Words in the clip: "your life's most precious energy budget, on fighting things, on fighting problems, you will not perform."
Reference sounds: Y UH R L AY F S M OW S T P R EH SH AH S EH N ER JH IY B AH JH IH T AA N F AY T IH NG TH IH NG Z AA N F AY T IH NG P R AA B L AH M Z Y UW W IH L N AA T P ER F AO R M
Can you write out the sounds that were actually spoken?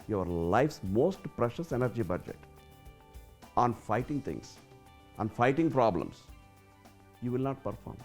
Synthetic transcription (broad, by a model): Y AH R L AY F S M OW S T P R EH SH AH S EH N ER JH IY B AH JH IH T AA N F AY T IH NG T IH NG S AA N F AY T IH NG P R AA B L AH M S Y UW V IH L N AA T P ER F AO R M